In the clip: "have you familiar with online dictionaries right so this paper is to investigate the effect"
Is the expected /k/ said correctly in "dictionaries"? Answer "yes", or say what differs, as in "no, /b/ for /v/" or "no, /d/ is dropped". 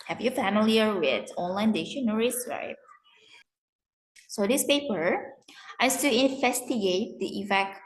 no, /k/ is dropped